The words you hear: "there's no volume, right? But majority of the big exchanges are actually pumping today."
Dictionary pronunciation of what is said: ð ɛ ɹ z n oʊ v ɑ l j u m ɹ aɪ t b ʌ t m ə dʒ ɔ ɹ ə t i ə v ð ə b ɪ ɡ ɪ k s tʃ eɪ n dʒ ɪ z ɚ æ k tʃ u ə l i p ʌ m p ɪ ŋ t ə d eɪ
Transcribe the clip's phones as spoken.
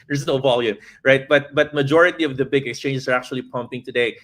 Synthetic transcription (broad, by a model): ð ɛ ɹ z n oʊ v ɑ l j u m ɹ aɪ t b ʌ t m ə dʒ ɔ ɹ ə t i ə v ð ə b ɪ ɡ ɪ k s tʃ eɪ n dʒ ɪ s ɚ æ k tʃ u ə l i p ʌ m p ɪ ŋ t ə d eɪ